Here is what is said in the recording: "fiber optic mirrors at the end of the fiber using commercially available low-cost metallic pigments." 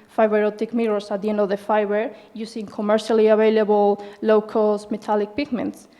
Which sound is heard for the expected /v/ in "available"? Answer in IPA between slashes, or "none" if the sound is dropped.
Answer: /b/